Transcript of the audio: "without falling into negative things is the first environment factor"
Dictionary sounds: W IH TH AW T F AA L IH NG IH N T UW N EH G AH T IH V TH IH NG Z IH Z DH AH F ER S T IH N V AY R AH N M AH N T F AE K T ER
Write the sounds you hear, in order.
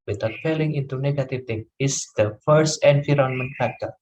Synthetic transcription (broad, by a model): W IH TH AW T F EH L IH NG IH N T UW N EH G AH T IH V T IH NG IH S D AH F ER S T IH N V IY R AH N M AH N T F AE K T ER